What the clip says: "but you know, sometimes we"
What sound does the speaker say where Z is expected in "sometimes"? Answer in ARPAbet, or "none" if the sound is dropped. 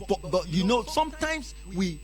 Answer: S